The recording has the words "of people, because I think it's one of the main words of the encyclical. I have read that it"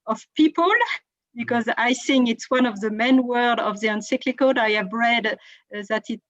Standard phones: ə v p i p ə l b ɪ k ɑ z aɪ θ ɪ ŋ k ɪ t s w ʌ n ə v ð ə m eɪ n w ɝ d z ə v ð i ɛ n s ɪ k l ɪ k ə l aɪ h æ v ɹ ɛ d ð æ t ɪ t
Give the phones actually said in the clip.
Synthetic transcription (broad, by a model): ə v p i p ə l b ɪ k ɑ z aɪ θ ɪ ŋ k ɪ t s w ʌ n ə v ð ə m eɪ n w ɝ d ə v ð i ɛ n s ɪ k l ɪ k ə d aɪ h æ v ɹ ɛ d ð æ t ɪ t